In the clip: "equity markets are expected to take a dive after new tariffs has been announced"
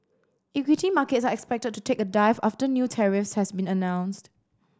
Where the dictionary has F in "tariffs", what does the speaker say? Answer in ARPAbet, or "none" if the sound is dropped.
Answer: F